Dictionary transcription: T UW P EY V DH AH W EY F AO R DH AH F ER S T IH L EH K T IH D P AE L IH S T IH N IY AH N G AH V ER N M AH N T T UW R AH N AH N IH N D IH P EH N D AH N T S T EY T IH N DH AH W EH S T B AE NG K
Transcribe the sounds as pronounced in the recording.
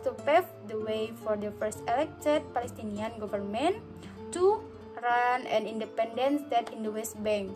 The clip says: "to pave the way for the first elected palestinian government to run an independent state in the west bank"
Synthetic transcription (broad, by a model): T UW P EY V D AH W EY F AO R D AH F ER S T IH L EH K T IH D P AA L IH S T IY N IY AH N G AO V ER N M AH N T T UW R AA N AH N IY N D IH P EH N D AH N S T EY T IH N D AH W EH S T B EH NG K